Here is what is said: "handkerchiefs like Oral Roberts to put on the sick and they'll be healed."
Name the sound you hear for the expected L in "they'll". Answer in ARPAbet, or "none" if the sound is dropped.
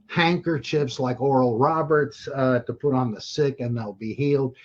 L